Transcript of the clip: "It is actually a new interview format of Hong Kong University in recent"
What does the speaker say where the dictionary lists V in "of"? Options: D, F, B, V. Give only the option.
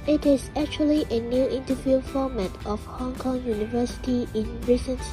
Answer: F